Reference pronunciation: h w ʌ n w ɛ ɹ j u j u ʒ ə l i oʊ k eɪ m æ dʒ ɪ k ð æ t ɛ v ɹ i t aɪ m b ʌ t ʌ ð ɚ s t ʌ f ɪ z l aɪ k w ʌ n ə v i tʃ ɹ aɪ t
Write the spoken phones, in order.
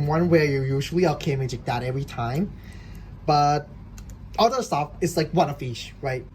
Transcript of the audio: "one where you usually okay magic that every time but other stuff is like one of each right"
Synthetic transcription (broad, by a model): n w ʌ n w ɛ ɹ j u j u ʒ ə l i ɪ k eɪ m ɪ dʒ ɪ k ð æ t ɛ v ɹ i t aɪ m b ʌ t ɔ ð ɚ s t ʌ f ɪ s l aɪ k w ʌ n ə f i ʃ ɹ aɪ t